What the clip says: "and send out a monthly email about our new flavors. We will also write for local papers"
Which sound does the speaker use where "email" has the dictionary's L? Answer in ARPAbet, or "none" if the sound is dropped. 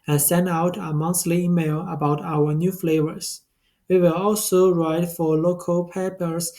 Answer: L